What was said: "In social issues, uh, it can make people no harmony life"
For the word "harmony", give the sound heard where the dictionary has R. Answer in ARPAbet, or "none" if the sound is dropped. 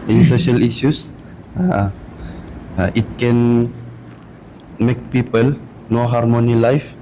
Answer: R